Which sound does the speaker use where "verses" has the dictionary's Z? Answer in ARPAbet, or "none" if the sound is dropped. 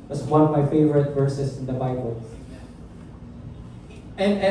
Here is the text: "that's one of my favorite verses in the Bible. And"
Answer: S